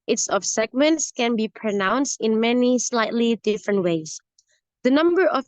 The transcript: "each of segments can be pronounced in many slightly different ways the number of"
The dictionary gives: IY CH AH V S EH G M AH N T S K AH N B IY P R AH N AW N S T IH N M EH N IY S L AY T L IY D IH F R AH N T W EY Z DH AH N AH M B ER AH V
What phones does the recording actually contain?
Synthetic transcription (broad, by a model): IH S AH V S EH G M AH N T S K AH N B IY P R AH N AW N S T IH N M EH N IY S L AY T L IY D IH F R AH N T W EY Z DH AH N AH M B ER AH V